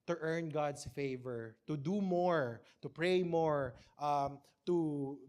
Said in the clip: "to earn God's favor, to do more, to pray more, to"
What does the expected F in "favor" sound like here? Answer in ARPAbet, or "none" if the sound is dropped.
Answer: F